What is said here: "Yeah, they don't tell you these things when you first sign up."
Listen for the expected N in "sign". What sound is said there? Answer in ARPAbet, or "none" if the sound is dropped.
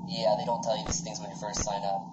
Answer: N